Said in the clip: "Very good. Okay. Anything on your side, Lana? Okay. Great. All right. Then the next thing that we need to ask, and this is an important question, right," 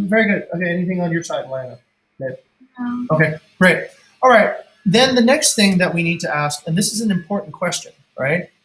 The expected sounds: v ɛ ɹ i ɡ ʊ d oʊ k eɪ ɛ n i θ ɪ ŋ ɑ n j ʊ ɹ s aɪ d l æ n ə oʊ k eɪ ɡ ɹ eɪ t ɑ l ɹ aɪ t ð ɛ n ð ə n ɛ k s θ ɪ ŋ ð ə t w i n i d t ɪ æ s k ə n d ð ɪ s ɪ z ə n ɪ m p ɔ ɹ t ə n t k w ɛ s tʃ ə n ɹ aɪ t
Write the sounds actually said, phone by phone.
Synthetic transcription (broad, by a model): v ɛ ɹ i ɡ ʊ d oʊ k eɪ ɛ n i θ ɪ ŋ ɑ n j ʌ ɹ s aɪ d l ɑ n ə oʊ k eɪ ɹ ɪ t ɑ l ɹ aɪ t ð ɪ n ð ə n ɛ k s θ ɪ ŋ ð ə t w i n i d t ɪ æ s k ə n ð ɪ s ɪ z n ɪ m p ɔ ɹ t n k w ɛ s tʃ ə n ɹ aɪ t